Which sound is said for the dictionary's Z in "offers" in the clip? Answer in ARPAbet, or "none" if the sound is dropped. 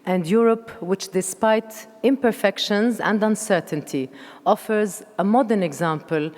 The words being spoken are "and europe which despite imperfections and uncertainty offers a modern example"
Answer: Z